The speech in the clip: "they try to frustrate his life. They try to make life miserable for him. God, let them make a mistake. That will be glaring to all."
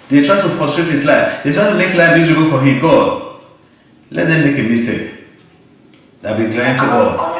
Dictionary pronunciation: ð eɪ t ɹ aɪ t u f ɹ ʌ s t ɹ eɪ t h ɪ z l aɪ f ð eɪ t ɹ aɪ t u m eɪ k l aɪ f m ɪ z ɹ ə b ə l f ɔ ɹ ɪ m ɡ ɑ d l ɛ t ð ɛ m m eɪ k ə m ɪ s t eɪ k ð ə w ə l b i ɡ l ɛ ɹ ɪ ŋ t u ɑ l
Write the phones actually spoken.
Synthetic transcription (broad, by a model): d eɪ t ɹ aɪ t u f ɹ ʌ s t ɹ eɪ t h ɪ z l aɪ f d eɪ t ɹ aɪ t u m eɪ k l aɪ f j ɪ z ə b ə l f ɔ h ɪ m ɡ ɑ d l ɛ t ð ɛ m m eɪ k ə m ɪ s t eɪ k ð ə b i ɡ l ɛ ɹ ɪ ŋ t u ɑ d